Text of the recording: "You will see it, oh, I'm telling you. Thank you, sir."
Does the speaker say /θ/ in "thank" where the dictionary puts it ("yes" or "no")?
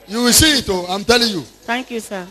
no